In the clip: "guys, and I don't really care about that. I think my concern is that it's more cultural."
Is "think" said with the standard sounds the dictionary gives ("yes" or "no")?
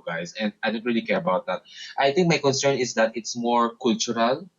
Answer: no